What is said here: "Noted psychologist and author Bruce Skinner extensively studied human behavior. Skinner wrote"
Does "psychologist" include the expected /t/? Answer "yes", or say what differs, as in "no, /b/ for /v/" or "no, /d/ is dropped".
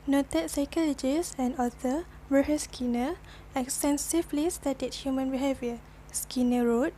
no, /t/ is dropped